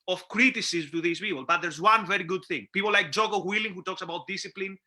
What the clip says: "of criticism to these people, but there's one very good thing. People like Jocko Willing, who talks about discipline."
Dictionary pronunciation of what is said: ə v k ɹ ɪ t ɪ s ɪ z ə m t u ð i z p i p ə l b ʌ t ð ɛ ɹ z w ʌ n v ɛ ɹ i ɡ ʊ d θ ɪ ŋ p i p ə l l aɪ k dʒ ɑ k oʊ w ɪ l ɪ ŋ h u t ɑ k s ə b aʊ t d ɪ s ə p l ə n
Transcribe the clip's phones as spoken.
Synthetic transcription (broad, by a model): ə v k ɹ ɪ t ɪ s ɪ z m t u ð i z p i p ə l b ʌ t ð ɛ ɹ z w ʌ n v ɛ ɹ i ɡ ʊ d θ ɪ ŋ p i p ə l l aɪ k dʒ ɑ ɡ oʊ w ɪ l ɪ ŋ h u t ɑ k s ə b aʊ t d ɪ s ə p l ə n